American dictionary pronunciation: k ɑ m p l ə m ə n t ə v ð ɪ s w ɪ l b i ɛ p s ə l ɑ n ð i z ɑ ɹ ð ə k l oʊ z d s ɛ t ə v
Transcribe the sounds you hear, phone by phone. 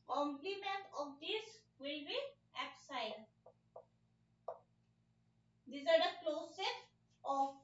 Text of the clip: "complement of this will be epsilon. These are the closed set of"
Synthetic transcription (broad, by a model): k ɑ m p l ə m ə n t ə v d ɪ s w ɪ l b i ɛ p s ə ɪ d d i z ɑ ɹ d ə k l oʊ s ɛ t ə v